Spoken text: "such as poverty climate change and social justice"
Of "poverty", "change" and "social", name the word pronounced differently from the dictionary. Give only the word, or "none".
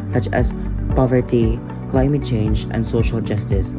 none